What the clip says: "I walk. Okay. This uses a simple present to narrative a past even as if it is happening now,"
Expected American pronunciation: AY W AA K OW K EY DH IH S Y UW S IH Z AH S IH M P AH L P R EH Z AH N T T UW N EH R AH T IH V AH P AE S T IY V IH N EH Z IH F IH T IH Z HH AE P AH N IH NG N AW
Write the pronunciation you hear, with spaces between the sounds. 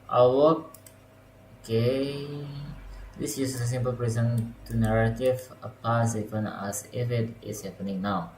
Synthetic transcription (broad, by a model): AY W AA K OW K EY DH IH S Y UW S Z AH S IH M P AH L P R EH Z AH N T T UW N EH R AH T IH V AH P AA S IY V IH N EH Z IH F IH T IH S HH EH P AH N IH NG N AW